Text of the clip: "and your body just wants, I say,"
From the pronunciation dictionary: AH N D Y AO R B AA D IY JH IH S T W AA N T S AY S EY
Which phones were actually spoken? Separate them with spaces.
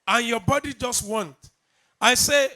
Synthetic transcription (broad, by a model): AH N Y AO B AA D IY JH IH S T W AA N T AY S EY